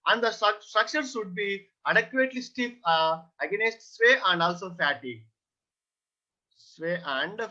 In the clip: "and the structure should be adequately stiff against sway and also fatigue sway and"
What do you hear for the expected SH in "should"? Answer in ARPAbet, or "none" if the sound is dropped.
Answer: S